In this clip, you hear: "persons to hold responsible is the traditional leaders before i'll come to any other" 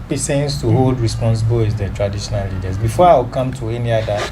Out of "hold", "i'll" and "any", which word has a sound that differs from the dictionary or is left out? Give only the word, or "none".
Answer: i'll